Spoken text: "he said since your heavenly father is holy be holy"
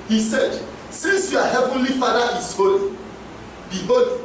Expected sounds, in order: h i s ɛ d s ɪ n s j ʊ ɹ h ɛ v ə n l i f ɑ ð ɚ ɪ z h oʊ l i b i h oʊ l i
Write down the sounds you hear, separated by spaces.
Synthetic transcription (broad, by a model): h i s ɛ d s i n s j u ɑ h ɛ v ə n l i f ɑ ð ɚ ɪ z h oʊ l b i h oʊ